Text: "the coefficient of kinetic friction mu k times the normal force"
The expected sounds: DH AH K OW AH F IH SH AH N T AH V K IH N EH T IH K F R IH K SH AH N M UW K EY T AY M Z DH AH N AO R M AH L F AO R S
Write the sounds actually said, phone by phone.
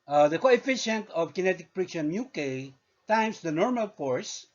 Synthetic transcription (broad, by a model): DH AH K OW AH F IH SH AH N T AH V K IH N EH T IH K P R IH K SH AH N M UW K EY T AY M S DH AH N AO R M AH L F AO R S